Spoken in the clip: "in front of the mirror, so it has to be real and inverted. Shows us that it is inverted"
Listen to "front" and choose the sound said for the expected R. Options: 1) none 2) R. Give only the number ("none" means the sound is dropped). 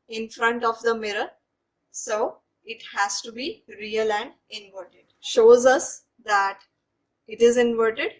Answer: 2